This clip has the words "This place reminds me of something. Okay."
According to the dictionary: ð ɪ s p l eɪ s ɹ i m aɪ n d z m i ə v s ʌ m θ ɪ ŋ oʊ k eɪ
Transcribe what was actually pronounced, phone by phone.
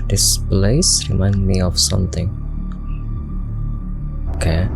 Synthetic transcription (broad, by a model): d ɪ s p l eɪ s ɹ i m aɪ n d m i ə f s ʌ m t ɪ ŋ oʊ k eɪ